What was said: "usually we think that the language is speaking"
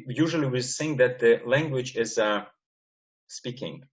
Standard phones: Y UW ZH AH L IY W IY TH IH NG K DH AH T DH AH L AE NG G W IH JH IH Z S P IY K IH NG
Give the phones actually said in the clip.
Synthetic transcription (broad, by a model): Y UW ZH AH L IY W IY S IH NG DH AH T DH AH L AE NG G W IH JH IH Z S P IY K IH NG